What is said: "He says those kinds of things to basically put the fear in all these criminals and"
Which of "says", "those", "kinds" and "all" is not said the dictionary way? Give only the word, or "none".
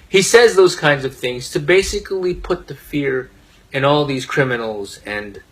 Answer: none